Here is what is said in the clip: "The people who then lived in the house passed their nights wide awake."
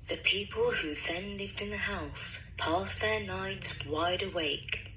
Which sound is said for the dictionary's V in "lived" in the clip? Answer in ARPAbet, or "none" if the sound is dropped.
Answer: V